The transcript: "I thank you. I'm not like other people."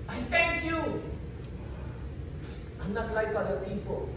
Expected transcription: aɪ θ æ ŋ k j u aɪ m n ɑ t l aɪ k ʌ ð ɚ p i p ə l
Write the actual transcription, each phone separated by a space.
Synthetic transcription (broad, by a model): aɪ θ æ ŋ k j u aɪ m n ɑ t l aɪ k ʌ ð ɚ p i p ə l